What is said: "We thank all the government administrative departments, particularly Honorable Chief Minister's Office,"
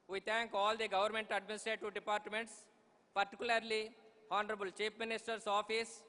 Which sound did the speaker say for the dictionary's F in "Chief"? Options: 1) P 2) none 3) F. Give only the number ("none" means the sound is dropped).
1